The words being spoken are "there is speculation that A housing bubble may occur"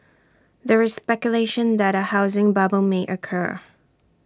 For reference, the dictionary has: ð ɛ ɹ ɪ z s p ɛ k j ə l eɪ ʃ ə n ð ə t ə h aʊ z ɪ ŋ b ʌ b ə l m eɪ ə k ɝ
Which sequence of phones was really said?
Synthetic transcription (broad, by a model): ð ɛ ɹ ɪ z s p ɛ k j ə l eɪ ʃ ə n ð ə t ə h aʊ z ɪ ŋ b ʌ b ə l m eɪ ə k ɝ